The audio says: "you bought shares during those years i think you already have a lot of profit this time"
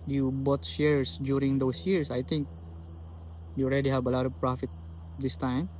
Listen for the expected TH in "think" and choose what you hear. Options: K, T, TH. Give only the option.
T